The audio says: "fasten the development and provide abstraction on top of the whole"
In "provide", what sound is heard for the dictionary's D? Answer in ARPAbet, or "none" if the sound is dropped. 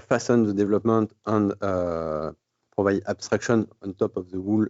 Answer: none